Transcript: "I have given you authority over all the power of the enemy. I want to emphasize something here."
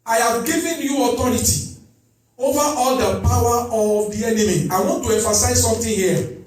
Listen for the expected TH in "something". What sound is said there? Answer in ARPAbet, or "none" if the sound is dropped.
T